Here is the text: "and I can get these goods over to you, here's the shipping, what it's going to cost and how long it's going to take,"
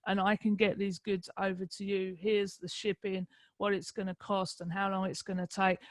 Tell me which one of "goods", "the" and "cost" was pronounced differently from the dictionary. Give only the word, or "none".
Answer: none